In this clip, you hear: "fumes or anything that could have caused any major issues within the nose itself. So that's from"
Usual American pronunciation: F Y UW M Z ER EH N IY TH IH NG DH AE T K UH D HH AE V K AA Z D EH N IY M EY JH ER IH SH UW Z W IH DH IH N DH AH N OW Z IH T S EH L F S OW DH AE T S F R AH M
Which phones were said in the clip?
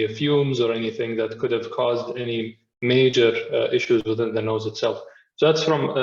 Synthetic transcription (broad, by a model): F Y UW M Z ER EH N IY TH IH NG DH AE T K UH D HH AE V K AA Z D EH N IY M EY JH ER IH SH UW Z W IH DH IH N DH AH N OW Z IH T S EH L F S OW DH AE T S F R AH M